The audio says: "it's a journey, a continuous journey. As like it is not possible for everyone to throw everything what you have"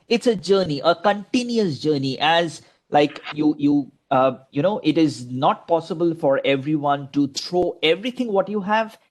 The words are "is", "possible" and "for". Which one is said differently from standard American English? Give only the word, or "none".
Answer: none